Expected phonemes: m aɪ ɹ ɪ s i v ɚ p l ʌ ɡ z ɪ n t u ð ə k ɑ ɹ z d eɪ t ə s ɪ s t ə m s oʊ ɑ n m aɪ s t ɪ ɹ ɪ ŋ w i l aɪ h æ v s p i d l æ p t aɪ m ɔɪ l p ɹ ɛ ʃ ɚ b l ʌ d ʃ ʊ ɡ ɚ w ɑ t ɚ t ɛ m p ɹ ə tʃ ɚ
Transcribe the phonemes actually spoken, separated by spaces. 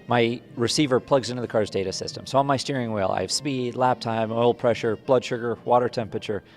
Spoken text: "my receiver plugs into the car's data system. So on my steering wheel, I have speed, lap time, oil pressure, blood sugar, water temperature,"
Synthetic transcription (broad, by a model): m aɪ ɹ ɪ s i v ɚ p l ʌ ɡ z ɪ n t u ð ə k ɑ ɹ z d eɪ t ə s ɪ s t ə m s oʊ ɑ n m aɪ s t ɪ ɹ ɪ ŋ w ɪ l aɪ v s p i d l æ p t aɪ m ɔɪ l p ɹ ɛ ʃ ɚ b l ʌ d ʃ ʊ ɡ ɚ w ɑ t ɚ t ɛ m p ɹ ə tʃ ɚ